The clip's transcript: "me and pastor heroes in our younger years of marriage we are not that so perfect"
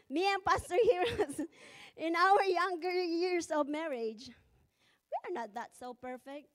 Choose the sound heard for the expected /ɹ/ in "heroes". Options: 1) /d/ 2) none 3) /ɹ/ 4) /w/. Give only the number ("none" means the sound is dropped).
3